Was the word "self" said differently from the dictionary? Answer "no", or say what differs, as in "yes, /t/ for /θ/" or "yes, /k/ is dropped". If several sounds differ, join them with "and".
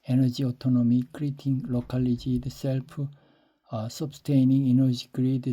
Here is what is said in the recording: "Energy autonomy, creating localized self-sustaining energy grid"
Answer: yes, /p/ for /f/